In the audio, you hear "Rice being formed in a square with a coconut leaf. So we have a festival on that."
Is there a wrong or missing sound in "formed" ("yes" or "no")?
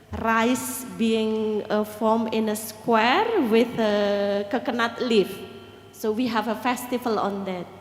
yes